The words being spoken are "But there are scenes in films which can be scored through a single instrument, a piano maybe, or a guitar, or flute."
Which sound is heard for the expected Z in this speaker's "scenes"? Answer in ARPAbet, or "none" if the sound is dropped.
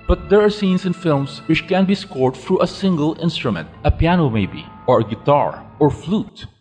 S